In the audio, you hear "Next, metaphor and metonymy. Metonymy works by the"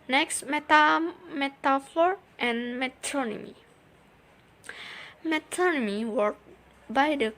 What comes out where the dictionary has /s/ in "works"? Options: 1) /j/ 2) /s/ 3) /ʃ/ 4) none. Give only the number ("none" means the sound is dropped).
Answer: 4